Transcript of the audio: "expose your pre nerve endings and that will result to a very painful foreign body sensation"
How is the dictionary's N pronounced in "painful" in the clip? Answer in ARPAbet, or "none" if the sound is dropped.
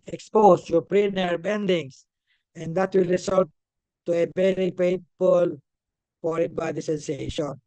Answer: none